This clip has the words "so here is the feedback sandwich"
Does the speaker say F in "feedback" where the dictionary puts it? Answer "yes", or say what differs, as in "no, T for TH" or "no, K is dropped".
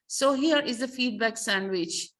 yes